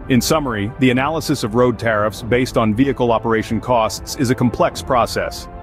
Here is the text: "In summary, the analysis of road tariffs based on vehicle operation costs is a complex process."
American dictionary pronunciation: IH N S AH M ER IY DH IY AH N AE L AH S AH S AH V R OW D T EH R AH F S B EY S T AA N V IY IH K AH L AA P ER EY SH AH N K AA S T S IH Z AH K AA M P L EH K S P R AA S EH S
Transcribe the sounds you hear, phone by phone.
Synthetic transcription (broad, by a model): IH N S AH M ER IY DH IY AH N AE L AH S AH S AH V R OW D T EH R AH F S B EY S T N V IY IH K L AA P ER EY SH N K AA S T S IH Z AH K M P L EH K S P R AA S EH S